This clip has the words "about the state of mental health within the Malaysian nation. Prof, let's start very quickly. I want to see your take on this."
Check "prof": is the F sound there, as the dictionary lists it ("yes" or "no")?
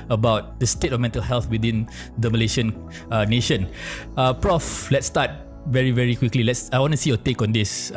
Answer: yes